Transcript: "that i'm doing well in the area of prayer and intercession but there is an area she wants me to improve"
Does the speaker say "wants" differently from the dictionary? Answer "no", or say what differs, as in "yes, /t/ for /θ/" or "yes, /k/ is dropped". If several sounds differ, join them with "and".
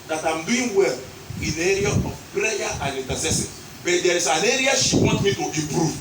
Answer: yes, /s/ is dropped